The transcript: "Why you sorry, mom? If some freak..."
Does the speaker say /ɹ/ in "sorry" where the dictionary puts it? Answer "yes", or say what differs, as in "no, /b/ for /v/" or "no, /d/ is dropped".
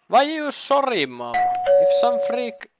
yes